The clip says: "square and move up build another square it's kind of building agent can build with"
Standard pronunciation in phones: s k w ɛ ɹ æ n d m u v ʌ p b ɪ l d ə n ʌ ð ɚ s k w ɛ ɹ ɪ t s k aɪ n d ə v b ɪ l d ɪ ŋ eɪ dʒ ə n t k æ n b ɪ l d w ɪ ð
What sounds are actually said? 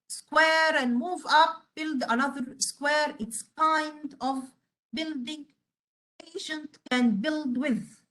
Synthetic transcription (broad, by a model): s k w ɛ ɹ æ n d m u v ʌ p b ɪ l d ə n ʌ ð ɚ s k w ɛ ɹ ɪ t s k aɪ n d ə v b ɪ l d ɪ ŋ eɪ ʃ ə n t k æ n b ɪ l d w ɪ ð